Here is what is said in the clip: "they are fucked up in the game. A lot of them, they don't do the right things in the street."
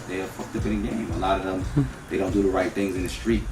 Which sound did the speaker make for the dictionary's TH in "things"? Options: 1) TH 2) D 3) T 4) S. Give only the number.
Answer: 1